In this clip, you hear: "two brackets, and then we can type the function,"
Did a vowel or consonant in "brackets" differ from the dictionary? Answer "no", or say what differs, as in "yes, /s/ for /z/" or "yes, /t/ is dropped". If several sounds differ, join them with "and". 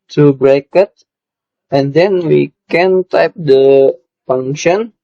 yes, /s/ is dropped